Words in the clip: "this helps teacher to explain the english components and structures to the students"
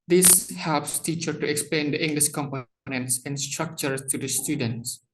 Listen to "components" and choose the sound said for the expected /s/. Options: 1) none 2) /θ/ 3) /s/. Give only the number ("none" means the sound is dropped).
3